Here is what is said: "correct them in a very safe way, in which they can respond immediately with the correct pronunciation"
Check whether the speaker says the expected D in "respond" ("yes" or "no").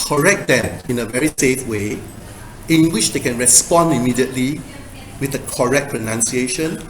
yes